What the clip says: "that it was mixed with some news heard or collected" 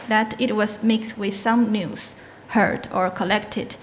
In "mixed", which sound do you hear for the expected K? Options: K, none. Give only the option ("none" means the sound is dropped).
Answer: K